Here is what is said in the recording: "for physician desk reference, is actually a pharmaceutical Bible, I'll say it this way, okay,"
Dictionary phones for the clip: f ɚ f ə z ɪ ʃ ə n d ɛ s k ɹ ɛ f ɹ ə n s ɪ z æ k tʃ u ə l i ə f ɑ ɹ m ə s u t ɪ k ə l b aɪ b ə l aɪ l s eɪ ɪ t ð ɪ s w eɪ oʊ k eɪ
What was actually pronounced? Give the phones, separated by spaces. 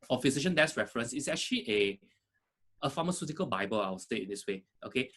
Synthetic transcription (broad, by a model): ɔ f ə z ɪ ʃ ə n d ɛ s ɹ ɛ f ɹ ə n s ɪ s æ k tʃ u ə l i ə f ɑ m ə s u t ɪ k ə l b aɪ b ə l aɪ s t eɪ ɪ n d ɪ s w eɪ oʊ k eɪ